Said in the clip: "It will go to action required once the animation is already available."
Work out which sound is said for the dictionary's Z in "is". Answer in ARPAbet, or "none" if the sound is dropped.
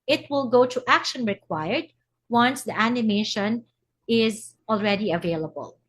Z